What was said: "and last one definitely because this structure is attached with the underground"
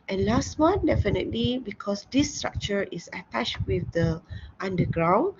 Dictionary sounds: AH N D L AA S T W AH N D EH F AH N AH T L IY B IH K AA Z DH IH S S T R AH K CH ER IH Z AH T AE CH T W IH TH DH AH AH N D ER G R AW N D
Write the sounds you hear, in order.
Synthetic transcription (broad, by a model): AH N L AA S T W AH N D EH F AH N AH T L IY B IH K AA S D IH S S T R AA K CH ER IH S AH T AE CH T W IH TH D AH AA N D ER G R AW N